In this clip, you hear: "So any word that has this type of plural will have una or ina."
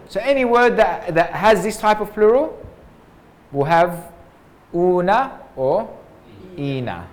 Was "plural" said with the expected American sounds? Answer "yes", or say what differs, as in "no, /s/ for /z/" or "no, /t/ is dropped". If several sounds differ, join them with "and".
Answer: yes